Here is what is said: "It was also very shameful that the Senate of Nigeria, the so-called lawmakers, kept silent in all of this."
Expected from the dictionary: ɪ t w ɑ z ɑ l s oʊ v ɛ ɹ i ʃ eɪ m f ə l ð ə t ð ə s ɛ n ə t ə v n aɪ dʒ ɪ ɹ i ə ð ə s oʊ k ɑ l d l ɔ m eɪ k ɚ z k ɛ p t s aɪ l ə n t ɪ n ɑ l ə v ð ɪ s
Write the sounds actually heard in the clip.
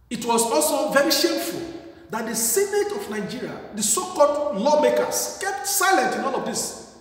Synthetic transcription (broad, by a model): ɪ t w ɑ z ɑ l s oʊ v ɛ ɹ i ʃ eɪ m f ə l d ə t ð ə s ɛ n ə t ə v n aɪ dʒ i ɹ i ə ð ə s oʊ k ɑ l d l ɔ m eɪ k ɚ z k ɛ p t s aɪ l ə n t ɪ n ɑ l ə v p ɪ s